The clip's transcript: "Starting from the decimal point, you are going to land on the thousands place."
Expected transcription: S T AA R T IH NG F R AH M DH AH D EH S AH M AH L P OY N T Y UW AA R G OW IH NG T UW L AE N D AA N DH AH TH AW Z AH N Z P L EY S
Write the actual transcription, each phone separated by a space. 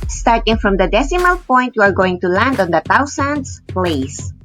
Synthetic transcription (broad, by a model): S T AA R T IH NG F R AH M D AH D EH S AH M AH L P OY N T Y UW AA R G OW IH NG T UW L AE N D AA N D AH T AW S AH N S P L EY S